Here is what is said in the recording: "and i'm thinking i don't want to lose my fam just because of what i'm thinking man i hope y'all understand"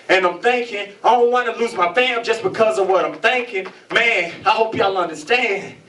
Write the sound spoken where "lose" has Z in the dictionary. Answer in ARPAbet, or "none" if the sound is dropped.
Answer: Z